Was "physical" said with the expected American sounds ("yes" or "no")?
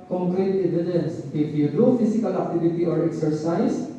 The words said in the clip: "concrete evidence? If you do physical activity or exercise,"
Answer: no